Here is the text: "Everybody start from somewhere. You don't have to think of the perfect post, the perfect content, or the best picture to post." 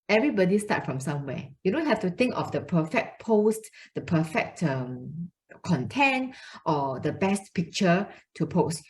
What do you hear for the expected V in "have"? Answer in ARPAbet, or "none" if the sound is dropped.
F